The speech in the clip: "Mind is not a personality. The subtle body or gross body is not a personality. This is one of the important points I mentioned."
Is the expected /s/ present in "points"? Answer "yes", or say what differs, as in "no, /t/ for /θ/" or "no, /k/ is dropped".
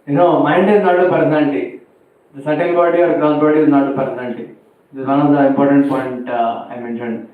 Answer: no, /s/ is dropped